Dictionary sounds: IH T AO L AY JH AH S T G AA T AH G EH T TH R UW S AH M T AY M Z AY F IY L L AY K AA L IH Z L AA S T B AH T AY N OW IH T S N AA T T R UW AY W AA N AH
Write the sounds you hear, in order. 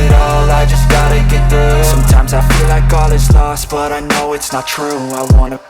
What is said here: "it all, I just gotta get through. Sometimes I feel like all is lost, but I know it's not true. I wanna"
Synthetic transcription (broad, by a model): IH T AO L AY JH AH S G AA T AH G EH T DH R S S AH M T AY M Z AY F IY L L AY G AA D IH S L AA S T B AH T AY N OW IH T S N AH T T R UW AY W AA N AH